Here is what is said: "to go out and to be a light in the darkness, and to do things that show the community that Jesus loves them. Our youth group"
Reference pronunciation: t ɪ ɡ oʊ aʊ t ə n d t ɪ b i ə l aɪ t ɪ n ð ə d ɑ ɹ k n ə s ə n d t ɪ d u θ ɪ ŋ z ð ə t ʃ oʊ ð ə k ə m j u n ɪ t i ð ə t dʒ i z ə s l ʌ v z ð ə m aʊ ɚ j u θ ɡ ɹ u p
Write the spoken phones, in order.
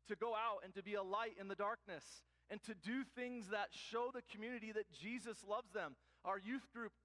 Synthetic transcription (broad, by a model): t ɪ ɡ oʊ aʊ t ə n t ɪ b i ə l aɪ t ɪ n ð ə d ɑ ɹ k n ə s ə n t ɪ d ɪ θ ɪ ŋ z ð ə t ʃ oʊ ð ə k m j u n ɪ t i ð ə t dʒ i z ə s l ʌ v z ð ə m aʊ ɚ j u θ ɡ ɹ u p